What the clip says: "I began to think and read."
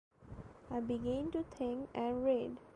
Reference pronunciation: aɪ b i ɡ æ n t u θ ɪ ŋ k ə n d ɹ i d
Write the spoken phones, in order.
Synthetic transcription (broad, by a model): aɪ b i ɡ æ n t u t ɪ ŋ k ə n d ɹ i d